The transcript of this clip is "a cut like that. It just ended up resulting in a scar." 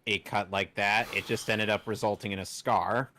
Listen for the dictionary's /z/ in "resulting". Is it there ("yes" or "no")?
yes